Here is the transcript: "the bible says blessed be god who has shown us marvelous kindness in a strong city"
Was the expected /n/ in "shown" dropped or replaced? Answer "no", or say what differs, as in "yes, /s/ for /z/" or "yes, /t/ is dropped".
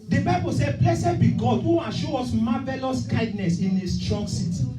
yes, /n/ is dropped